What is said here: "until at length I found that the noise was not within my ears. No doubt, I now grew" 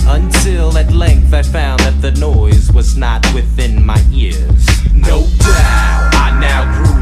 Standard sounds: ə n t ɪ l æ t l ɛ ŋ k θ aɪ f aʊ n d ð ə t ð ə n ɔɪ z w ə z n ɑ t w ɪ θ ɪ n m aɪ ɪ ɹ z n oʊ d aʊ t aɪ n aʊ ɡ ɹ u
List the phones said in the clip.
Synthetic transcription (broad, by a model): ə n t ɪ l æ t l ɛ ŋ k θ aɪ f aʊ n ð ə t ð ə n ɔɪ z w ə z n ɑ t w ɪ θ ɪ n m aɪ ɪ ɹ z n oʊ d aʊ aɪ n aʊ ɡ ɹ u